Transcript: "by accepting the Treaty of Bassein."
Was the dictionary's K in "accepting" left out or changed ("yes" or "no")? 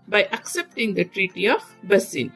no